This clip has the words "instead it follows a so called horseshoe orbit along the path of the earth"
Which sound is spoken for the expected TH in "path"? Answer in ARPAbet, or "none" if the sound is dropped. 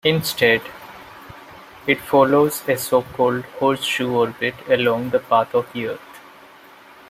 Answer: T